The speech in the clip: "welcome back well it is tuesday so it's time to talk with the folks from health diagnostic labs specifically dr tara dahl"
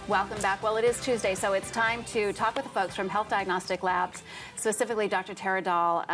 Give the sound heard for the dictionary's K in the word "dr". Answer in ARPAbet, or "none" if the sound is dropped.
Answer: K